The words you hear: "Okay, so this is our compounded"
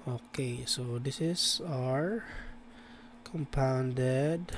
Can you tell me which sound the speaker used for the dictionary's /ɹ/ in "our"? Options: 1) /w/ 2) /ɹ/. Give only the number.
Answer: 2